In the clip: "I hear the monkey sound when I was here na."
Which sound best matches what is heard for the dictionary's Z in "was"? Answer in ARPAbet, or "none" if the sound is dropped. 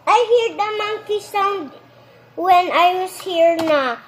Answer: S